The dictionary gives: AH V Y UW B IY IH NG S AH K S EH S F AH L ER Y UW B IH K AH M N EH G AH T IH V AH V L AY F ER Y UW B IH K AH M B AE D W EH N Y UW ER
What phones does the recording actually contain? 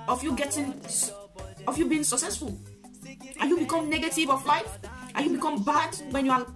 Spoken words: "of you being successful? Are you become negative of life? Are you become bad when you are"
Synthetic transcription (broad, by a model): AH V Y UW B IY IH NG S AH K S EH S F AH L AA Y UW B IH K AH M N EH G AH T IH V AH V L AY F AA Y UW B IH K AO M B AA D W EH N Y UW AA